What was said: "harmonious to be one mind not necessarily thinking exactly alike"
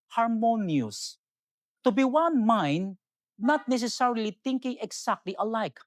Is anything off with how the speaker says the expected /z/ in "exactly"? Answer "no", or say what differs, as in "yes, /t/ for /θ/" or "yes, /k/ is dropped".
yes, /s/ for /z/